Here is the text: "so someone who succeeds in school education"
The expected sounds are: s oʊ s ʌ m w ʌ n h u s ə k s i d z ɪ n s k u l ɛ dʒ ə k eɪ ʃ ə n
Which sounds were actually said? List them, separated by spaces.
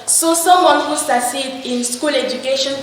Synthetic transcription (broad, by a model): s oʊ s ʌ m w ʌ n h u s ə s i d ɪ n s k u l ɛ dʒ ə k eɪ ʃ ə n